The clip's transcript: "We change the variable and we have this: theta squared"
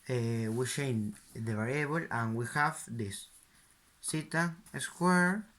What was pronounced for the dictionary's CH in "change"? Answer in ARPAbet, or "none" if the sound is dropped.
SH